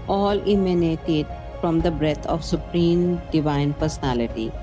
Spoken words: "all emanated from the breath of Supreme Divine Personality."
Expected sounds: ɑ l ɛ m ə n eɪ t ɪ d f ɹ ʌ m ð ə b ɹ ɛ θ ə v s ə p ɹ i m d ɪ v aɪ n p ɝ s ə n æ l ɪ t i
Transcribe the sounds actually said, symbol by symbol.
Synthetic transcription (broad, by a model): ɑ l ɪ m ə n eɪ t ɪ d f ɹ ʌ m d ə b ɹ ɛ t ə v s ə p ɹ i m d ɪ v aɪ n p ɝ s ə n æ l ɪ t i